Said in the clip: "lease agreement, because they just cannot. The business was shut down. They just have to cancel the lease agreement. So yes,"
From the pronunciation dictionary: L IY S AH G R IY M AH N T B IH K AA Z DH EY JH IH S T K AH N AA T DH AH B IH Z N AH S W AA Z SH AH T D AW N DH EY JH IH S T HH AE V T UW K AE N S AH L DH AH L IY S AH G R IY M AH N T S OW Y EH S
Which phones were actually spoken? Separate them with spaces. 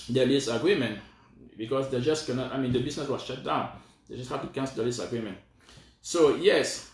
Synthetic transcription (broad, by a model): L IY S AH G R IY M AH N T B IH K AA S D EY JH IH S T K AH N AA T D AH B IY S N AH S W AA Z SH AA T D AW N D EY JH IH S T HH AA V T UW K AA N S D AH L IY S AH G R IY M AH N T S OW Y EH S